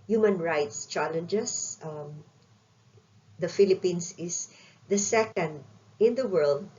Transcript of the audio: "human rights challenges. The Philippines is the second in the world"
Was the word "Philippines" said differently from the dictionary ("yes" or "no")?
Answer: yes